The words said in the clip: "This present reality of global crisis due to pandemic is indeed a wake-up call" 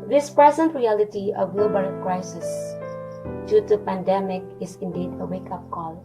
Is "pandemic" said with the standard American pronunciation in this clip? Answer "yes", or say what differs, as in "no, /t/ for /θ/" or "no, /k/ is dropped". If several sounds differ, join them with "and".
yes